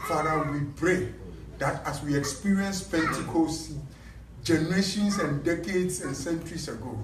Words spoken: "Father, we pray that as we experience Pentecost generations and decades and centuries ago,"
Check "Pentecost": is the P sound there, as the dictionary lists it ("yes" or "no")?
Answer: no